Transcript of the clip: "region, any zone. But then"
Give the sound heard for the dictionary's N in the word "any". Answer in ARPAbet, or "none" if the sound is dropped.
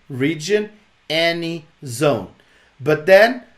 N